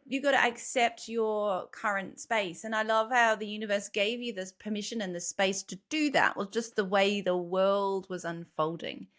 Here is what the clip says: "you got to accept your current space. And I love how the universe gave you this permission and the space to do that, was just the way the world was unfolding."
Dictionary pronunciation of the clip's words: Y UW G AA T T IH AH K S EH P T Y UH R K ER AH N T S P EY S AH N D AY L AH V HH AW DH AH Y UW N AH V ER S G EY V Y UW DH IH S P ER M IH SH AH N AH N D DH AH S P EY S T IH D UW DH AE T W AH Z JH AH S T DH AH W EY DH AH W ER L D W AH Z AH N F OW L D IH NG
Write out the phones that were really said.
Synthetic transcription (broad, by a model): Y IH G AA T T IH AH K S EH P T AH R K ER AH N T S P EY S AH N AY L AH V HH AW DH AH Y UW N AH V ER S G EY V Y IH DH IH S P ER M IH SH AH N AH N DH AH S P EY S T IH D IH DH AE T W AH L JH AH S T DH AH W EY DH AH W ER L D W AH Z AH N F OW L D IH NG